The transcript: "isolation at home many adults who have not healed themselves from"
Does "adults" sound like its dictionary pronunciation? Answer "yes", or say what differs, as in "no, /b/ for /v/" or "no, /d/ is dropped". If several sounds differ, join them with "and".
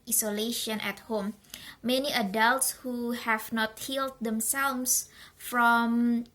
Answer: yes